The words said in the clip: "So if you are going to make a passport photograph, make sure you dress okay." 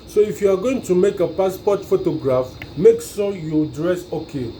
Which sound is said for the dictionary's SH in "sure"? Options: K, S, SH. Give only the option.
S